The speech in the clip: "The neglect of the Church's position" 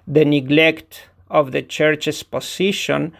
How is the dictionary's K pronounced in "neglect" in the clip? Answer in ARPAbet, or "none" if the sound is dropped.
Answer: K